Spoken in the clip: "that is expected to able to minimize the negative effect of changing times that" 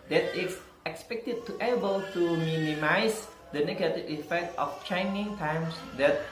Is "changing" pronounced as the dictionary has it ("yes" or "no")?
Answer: no